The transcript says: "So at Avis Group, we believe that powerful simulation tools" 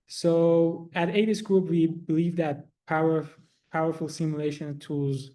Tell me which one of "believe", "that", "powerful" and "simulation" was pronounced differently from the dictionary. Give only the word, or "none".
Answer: powerful